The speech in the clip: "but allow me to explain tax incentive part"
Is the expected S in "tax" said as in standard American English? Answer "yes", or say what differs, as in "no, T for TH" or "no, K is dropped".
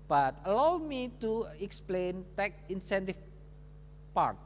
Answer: no, S is dropped